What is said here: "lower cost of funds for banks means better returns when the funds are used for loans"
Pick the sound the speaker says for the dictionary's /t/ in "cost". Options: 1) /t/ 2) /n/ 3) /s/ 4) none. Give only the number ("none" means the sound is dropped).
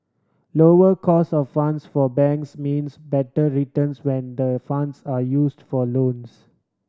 4